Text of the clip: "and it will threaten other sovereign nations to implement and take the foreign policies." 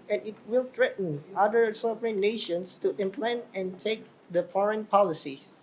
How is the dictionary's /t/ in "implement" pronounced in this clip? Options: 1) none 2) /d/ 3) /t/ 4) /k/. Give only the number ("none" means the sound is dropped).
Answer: 1